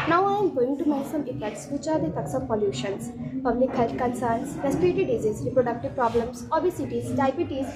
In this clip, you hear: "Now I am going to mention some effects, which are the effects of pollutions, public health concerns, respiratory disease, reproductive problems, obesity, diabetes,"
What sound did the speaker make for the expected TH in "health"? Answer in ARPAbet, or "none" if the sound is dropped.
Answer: T